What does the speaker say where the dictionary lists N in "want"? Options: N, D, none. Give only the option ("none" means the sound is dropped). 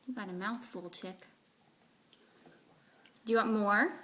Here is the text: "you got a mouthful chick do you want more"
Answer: none